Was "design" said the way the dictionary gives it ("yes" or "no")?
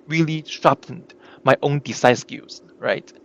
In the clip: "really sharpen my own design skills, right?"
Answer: no